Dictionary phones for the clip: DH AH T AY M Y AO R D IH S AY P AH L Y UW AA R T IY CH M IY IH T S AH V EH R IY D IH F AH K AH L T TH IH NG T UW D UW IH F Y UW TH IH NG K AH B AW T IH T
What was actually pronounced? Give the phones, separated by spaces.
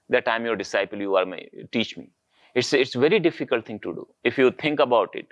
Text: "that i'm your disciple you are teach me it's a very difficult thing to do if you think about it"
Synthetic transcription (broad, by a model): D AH T AY M Y AO R D IH S AY P AH L Y UW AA R T IY CH M IY IH T S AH V EH R IY D IH F AH K AH L T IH NG T UW D UW IH F Y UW T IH NG K AH B AW T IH T